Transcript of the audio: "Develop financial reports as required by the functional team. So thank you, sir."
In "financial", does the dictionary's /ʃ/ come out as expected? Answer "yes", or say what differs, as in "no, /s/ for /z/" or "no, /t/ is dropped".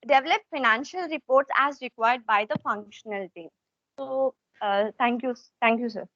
yes